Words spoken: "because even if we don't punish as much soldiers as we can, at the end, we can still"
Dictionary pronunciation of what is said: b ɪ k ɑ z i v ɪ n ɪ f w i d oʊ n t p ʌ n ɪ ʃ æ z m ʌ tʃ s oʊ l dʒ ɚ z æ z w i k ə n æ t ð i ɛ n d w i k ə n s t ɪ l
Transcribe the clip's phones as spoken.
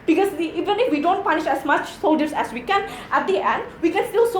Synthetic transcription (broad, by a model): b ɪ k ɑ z i v ɪ n ɪ f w i d oʊ n t p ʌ n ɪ ʃ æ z m ʌ tʃ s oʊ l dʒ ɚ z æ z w i k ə n æ t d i ɛ n d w i k ə n s t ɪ l